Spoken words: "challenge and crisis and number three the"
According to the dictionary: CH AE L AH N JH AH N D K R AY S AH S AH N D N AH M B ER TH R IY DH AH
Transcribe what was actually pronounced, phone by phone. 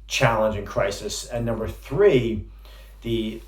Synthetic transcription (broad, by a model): CH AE L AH N JH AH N K R AY S AH S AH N N AH M B ER TH R IY DH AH